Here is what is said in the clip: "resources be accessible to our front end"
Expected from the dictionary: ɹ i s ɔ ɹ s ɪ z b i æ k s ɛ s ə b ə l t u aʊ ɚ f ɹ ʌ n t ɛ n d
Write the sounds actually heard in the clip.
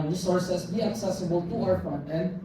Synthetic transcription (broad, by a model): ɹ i s ɔ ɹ s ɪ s b i æ k s ɛ s ə b ə l t u aʊ ɚ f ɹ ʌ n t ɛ n